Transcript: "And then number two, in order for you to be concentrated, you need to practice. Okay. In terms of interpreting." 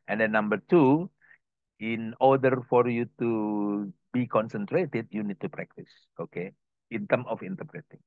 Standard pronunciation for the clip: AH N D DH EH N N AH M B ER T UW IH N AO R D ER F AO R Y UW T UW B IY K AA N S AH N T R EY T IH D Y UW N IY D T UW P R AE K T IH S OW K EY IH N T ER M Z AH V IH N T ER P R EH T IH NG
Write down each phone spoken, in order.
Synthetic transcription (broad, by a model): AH N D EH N N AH M B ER T UW IH N AO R D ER F AO R Y UW T UW B IY K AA N S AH N T R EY T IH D Y UW N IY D T UW P R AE K T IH S OW K EY IH N T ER M AH F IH N T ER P R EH T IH NG